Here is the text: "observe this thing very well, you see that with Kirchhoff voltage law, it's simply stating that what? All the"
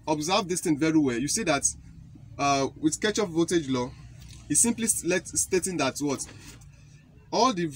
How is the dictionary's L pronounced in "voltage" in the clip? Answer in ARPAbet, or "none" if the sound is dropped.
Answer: none